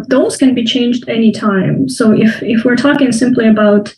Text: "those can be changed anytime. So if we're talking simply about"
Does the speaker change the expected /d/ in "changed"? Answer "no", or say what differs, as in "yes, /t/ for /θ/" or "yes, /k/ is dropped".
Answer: no